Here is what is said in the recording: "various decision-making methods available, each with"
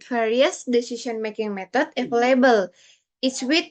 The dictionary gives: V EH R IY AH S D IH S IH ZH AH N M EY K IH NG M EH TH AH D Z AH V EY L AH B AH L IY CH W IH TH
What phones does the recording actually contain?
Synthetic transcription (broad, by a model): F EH R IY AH S D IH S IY S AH N M EY K IH NG M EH T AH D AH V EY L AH B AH L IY S W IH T